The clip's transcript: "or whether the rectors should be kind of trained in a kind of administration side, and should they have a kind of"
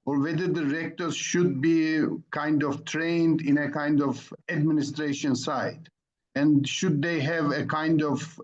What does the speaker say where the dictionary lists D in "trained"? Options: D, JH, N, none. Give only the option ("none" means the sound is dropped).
D